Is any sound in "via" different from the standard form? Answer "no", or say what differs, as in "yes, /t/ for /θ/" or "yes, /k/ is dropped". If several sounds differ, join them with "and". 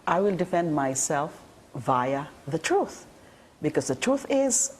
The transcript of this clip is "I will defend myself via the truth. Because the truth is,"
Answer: no